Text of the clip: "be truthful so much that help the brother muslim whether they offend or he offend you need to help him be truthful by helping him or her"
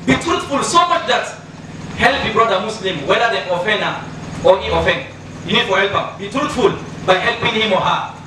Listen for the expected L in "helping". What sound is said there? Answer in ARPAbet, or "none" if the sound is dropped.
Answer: L